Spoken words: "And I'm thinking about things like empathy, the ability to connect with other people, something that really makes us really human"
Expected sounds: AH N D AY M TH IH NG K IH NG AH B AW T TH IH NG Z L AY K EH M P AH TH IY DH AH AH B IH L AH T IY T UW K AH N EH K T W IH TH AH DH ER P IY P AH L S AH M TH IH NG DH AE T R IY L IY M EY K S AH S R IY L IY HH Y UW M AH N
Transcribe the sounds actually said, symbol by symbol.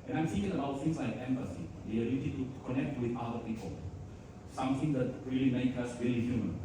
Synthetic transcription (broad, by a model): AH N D AY M S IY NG IH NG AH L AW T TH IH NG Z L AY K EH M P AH S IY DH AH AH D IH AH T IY T UW K AH N EH K T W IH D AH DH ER P IY P AH L S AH M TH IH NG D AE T R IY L IY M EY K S AH S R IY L IY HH Y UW M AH N